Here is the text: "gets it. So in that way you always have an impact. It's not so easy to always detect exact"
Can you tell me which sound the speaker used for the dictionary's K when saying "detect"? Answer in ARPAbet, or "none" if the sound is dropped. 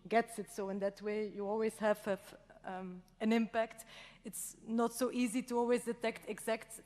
K